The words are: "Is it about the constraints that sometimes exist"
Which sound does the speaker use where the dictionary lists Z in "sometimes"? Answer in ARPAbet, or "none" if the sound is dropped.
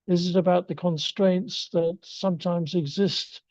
Z